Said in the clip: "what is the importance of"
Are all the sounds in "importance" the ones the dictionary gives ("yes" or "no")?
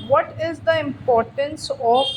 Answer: yes